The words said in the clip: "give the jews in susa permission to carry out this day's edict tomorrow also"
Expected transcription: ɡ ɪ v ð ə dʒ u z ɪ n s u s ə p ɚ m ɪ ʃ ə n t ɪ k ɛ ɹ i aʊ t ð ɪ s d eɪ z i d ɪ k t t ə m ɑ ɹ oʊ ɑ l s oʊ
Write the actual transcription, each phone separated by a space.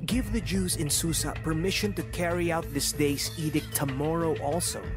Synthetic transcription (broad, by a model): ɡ ɪ v ð ə dʒ u z ɪ n s u s ə p ɚ m ɪ ʃ ə n t ɪ k ɛ ɹ i aʊ t ð ɪ s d eɪ s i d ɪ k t t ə m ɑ ɹ oʊ ɑ l s oʊ